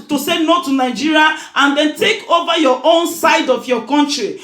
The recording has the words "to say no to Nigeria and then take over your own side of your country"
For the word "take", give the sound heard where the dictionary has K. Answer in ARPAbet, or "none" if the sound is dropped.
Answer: K